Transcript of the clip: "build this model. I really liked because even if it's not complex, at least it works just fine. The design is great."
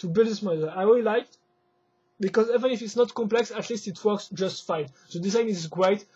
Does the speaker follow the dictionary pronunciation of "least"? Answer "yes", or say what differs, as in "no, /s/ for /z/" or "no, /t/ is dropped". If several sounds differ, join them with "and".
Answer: yes